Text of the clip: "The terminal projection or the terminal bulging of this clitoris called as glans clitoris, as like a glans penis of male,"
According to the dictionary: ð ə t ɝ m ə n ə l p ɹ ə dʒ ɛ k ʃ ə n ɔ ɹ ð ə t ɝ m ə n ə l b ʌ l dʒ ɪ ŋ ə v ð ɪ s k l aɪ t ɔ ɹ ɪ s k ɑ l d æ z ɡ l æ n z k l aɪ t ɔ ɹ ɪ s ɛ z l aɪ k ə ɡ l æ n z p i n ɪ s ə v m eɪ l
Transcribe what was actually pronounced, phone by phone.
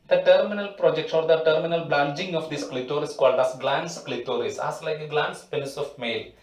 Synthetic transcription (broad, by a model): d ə t ɝ m ə n ə l p ɹ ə dʒ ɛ k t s ɔ ɹ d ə t ɝ m ə n ə l b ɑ n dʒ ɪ ŋ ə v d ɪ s k l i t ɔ ɹ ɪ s k ɑ l d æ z ɡ l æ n s k l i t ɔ ɹ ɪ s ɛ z l aɪ k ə ɡ l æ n s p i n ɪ s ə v m eɪ l